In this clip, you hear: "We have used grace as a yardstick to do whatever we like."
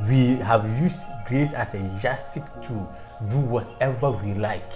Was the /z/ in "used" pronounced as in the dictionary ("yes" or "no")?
no